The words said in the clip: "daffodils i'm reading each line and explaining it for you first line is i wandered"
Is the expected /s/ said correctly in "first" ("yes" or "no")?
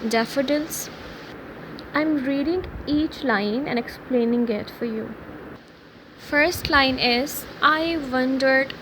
yes